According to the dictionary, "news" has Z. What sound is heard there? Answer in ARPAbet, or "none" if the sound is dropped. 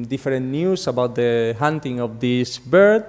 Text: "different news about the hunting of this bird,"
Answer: S